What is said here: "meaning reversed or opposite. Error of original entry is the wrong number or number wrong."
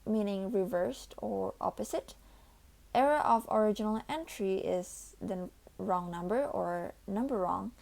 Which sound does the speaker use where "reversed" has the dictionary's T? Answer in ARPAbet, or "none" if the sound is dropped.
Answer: T